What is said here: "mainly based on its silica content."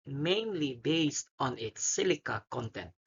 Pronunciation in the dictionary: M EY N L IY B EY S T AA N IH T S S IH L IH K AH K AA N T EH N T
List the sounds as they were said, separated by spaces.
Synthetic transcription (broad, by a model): M EY N L IY B EY S T AA N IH T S S IH L IH K AH K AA N T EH N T